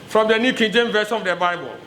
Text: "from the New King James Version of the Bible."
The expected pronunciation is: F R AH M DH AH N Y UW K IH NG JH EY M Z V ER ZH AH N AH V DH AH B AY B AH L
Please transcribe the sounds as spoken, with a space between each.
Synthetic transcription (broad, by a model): F R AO M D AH N Y UW K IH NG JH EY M V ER SH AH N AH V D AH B AY B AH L